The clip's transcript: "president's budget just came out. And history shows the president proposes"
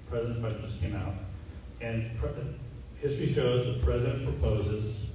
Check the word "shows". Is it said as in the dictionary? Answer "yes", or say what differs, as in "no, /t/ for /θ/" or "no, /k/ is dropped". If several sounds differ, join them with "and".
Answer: yes